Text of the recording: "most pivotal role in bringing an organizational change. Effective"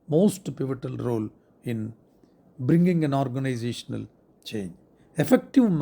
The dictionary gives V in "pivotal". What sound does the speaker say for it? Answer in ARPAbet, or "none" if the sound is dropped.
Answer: V